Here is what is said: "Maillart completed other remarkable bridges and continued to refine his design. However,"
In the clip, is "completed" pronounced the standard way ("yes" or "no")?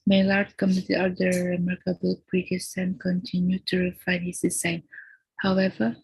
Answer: no